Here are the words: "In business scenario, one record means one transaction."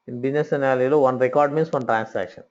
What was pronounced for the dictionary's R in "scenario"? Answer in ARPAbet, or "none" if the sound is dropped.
L